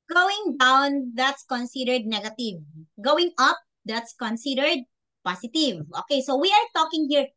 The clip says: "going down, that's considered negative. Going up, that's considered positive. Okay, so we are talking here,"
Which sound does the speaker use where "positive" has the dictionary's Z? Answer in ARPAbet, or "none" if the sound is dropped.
S